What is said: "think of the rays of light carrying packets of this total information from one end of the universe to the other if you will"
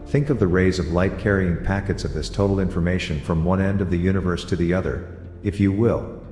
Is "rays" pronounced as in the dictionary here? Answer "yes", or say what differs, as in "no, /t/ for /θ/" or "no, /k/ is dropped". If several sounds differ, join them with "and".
yes